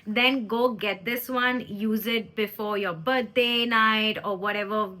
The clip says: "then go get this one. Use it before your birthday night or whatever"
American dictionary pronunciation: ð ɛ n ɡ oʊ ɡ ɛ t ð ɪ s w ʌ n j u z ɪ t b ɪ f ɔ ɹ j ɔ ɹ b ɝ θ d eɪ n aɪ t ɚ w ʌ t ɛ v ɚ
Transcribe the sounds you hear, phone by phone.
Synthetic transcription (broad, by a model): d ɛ n ɡ oʊ ɡ ɛ t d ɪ s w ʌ n j u z ɪ t b ɪ f ɔ ɹ j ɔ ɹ b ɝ t d eɪ n aɪ t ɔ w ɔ t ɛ v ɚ